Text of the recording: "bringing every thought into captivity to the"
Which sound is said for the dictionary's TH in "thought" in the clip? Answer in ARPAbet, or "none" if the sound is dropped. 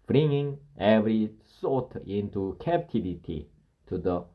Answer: S